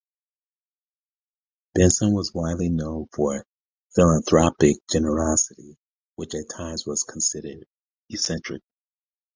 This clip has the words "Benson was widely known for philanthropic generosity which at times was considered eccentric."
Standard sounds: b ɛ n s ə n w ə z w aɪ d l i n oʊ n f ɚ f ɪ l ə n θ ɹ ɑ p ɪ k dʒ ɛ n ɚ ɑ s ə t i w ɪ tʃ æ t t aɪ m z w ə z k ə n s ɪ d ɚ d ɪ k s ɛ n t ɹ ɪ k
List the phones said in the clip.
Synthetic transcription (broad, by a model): b ɛ n s ə n w ə z w aɪ d l i n oʊ n f ɚ f ɪ l ə n θ ɹ ɑ p ɪ k dʒ ɛ n ɚ ɑ s ə t i w ɪ tʃ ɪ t t aɪ m z w ə z k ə n s ɪ d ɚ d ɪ s ɛ n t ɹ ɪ k